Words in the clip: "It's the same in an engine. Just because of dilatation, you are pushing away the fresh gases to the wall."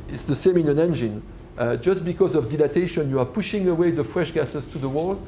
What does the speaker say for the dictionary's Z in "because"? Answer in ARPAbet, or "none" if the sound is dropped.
Z